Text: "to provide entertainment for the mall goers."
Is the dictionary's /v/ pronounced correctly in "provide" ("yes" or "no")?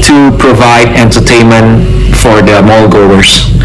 yes